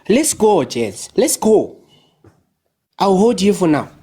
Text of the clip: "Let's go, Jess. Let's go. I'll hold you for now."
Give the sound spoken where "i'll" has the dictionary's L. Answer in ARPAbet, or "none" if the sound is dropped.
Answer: W